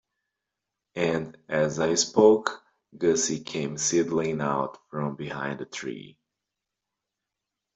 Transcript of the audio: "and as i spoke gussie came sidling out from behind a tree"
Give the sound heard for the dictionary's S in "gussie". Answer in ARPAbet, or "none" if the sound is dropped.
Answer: S